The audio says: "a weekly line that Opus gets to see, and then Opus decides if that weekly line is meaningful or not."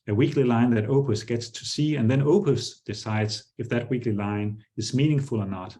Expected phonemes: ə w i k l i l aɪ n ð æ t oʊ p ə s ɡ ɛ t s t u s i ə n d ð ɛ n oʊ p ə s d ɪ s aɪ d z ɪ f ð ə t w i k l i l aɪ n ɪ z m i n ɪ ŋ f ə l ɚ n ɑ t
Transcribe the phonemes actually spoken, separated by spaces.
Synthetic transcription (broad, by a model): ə w i k l i l aɪ n ð æ t oʊ p ə s ɡ ɛ t s t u s i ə n ð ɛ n oʊ p ə s d ɪ s aɪ d z ɪ f ð ə t w i k l i l aɪ n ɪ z m i n ɪ ŋ f ə l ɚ n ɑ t